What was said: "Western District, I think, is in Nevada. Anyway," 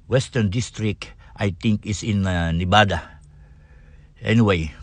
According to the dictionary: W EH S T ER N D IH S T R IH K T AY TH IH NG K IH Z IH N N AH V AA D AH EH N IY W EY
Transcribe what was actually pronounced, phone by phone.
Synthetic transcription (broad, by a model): W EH S T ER N D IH S T R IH K T AY T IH NG K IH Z IH N N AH B AA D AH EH N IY W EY